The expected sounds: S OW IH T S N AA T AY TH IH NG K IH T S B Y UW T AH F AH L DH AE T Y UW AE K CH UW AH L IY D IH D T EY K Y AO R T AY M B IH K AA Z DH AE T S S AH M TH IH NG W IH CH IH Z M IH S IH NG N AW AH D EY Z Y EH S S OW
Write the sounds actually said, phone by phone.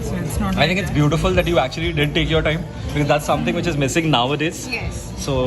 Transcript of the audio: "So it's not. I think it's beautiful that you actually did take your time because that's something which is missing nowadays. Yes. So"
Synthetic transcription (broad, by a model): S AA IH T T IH NG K IH T S B Y UW T AH F AH L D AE T Y UW AE K CH UW AH L IY D IH D T EY K Y AO R T AY M B IH K AA Z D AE T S S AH M T IH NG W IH CH IH Z M IH S IH NG N AW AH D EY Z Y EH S S OW